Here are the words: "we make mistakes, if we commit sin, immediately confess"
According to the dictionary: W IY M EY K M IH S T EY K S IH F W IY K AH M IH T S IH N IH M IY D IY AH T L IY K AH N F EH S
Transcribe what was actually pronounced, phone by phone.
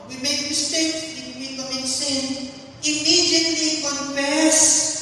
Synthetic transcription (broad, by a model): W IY M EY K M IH S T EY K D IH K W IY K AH IH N S IH N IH M IY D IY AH T L IY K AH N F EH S